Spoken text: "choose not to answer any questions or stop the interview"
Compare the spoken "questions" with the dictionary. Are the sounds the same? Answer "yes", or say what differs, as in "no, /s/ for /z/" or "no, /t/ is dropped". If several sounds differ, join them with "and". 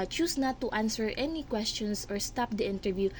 no, /s/ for /z/